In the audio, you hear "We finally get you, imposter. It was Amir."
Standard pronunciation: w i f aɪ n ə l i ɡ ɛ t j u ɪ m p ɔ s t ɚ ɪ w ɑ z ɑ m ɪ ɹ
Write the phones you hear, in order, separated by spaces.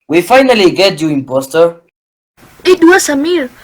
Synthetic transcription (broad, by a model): w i f aɪ n ə l i ɡ ɛ t j u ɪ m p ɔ s t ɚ ɪ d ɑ s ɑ m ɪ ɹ